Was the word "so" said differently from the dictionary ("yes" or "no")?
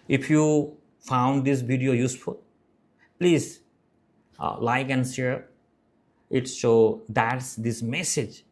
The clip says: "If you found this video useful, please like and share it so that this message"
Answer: yes